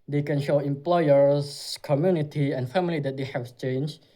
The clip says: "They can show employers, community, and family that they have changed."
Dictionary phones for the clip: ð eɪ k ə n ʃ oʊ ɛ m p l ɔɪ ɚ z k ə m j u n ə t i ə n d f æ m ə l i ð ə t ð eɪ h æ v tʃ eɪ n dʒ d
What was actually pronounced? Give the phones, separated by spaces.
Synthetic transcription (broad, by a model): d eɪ k ə n ʃ oʊ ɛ m p l ɔɪ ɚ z k ə m j u n ə t i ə n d f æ m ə l i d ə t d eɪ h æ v tʃ eɪ n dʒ